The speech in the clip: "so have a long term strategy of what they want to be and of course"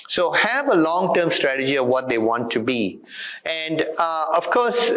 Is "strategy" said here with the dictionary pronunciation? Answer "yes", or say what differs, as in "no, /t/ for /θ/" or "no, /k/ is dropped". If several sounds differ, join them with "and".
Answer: yes